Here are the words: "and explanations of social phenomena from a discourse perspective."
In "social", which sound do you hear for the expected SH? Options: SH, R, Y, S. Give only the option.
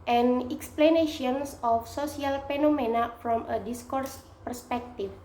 S